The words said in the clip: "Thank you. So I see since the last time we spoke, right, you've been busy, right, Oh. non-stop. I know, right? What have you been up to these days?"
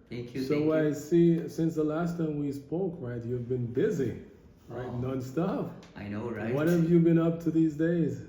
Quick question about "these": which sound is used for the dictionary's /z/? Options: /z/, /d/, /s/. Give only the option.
/z/